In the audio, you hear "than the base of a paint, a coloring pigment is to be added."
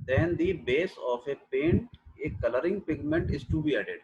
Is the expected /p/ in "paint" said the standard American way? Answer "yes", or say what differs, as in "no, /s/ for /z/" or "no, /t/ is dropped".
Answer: yes